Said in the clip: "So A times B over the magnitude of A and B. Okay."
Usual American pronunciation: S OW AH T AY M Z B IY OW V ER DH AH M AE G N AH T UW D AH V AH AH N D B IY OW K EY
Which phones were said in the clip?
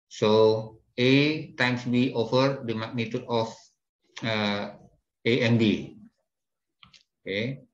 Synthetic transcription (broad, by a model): S OW AH T AY M S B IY OW F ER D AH M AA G N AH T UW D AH F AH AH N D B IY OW K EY